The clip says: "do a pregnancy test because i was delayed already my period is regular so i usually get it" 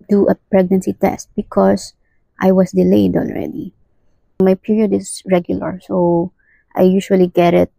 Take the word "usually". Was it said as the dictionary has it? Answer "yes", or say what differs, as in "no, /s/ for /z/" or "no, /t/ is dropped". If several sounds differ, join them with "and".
no, /ʃ/ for /ʒ/